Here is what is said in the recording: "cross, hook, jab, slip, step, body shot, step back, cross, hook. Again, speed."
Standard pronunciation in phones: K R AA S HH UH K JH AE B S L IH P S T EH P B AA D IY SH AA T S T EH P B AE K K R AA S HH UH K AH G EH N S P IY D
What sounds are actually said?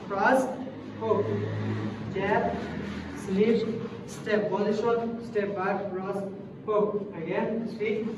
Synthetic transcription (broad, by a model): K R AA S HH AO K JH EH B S N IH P S T EH P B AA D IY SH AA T S T EH P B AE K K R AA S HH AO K AH G EH N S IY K